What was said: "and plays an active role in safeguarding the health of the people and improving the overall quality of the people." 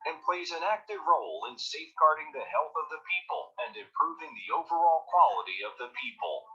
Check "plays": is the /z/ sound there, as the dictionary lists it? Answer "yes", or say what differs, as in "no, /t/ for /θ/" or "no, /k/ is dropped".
yes